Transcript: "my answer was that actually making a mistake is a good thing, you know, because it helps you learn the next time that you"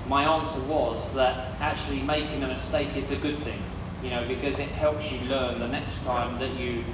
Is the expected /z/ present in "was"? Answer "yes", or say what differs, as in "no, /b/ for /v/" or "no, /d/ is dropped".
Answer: yes